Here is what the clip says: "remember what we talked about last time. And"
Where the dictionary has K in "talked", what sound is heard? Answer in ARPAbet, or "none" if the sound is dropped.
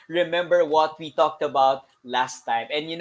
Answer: K